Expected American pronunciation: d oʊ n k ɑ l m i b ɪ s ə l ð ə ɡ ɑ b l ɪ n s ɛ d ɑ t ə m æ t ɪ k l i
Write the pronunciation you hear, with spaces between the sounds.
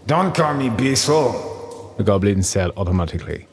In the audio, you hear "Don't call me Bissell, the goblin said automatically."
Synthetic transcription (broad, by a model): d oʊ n k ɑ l m i b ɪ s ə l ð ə ɡ ɑ b l ɪ n s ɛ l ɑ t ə m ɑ t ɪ k l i